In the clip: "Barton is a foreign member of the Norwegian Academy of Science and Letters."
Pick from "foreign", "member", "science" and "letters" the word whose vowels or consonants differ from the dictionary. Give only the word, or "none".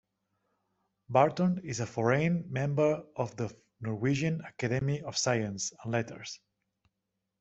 letters